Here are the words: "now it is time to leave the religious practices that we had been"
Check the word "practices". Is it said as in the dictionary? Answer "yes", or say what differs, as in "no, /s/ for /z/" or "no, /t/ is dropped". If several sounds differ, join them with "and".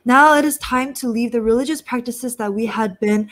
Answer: yes